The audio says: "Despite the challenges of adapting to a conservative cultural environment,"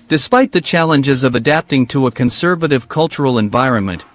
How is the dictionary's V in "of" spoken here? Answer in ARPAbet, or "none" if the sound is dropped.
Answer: V